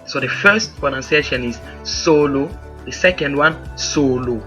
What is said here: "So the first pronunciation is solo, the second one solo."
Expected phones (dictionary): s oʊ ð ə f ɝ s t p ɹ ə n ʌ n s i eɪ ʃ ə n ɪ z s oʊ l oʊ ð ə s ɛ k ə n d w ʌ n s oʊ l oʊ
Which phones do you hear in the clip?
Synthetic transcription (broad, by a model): s oʊ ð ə f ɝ s t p ə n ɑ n s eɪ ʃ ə n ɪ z s oʊ l oʊ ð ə s ɛ k ə n d w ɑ n s oʊ l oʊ